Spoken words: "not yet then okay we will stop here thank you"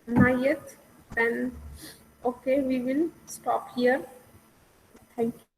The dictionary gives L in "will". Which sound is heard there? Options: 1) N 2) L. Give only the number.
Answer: 2